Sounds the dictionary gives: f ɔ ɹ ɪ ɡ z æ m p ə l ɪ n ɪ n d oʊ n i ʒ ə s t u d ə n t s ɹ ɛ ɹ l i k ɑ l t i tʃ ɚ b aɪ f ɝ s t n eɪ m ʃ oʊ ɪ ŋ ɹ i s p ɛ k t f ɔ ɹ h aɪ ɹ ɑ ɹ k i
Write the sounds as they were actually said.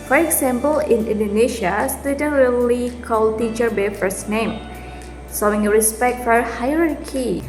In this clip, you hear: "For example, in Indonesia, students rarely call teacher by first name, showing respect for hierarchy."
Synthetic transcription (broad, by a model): f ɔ ɹ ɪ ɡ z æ m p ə l ɪ n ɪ n d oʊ n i ʃ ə s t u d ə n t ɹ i l i k ɑ l t i tʃ ɚ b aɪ f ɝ s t n eɪ m s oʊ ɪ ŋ ɹ i s p ɛ k t f ɔ ɹ h aɪ ɹ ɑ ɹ k i